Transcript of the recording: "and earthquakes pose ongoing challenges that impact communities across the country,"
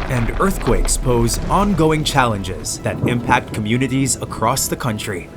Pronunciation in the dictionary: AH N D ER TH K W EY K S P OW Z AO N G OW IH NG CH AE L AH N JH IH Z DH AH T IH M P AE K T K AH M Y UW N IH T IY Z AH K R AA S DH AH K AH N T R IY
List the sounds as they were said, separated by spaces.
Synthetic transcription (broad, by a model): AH N D ER TH K W EY K S P OW Z AO N G OW IH NG CH AE L AH N JH IH Z DH AH T IH M P AE K T K AH M Y UW N IH T IY Z AH K R AA S DH AH K AH N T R IY